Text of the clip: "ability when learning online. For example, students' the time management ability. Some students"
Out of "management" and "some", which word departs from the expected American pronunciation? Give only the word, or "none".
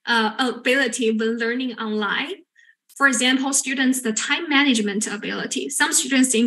none